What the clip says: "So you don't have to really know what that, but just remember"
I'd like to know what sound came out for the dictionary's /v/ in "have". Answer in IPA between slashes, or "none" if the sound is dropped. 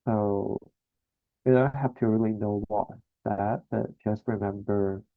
/f/